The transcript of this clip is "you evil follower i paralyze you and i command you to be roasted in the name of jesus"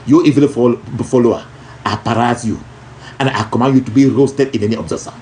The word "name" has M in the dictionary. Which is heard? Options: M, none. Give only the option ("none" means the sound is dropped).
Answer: none